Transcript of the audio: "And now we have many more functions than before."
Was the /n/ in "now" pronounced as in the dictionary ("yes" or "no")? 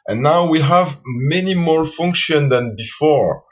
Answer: yes